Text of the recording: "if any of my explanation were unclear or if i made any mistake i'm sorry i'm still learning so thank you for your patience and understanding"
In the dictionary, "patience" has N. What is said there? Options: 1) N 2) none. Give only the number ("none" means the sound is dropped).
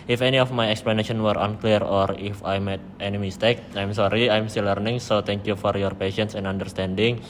1